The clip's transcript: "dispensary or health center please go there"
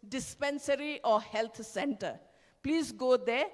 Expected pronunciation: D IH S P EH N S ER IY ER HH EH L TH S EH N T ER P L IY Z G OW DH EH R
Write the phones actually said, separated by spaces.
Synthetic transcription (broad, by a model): D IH S P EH N S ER IY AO HH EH L T S EH N T ER P L IY Z G OW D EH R